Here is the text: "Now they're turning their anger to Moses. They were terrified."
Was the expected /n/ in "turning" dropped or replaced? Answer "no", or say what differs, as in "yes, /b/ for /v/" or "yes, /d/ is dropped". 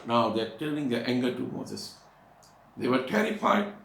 yes, /l/ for /n/